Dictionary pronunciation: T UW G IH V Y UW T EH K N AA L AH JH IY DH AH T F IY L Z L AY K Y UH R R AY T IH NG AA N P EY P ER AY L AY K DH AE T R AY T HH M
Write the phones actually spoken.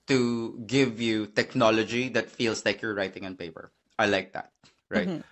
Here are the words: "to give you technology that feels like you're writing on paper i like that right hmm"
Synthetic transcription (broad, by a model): T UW G IH V Y UW T EH K N AA L AH JH IY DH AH T F IY L S L AY K Y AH R R AY T IH NG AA N P EY P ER AY L AY K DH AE T R AY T